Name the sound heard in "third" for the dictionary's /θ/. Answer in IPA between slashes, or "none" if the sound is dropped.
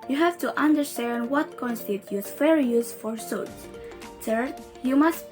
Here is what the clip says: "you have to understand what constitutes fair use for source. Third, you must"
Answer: /s/